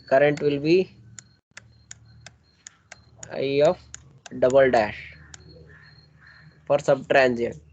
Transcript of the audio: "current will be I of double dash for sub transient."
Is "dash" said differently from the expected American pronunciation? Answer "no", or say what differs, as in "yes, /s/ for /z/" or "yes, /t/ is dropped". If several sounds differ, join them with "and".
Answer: no